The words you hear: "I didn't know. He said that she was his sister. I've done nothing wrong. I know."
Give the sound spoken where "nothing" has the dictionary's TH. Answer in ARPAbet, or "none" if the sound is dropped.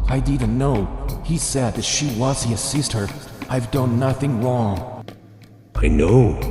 TH